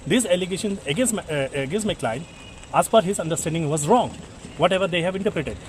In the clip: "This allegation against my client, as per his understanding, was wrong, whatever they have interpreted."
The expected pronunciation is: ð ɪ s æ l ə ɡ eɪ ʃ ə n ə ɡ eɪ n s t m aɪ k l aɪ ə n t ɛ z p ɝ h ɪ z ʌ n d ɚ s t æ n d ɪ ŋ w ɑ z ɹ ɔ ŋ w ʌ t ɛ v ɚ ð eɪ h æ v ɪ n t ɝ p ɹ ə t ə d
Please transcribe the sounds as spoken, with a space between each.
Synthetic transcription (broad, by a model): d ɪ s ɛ l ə ɡ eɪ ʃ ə n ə ɡ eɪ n s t m aɪ k l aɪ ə n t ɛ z f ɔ h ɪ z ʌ n d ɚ s t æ n d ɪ ŋ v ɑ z ɹ ɔ ŋ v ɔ t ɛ v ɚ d eɪ h æ v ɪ n t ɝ p ɹ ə t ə d